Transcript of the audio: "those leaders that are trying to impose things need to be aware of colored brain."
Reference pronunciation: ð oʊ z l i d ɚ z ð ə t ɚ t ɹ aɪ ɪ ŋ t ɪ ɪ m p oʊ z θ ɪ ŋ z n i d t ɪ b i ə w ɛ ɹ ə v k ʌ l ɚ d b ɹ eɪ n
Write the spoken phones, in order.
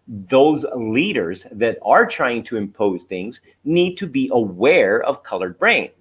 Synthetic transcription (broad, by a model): ð oʊ z l i d ɚ z ð ə t ɚ t ɹ aɪ ɪ ŋ t ɪ ɪ m p oʊ z θ ɪ ŋ z n i d t ɪ b i ə w ɛ ɹ ə v k ʌ l ɚ d b ɹ eɪ n